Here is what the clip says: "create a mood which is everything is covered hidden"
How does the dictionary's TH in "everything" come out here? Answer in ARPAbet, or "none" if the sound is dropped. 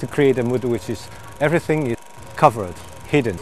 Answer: TH